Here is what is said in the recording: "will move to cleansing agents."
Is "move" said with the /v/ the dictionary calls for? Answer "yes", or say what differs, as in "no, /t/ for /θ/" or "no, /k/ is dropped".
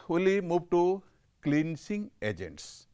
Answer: no, /b/ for /v/